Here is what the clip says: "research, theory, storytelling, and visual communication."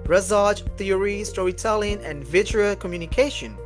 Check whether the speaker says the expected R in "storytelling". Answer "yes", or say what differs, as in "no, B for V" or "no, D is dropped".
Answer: no, R is dropped